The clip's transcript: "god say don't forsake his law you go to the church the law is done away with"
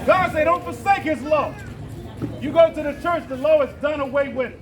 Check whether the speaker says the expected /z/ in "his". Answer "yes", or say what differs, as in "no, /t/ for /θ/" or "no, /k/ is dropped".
yes